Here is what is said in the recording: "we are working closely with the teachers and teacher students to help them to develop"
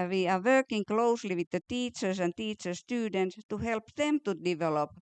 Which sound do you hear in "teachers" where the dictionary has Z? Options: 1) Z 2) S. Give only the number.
2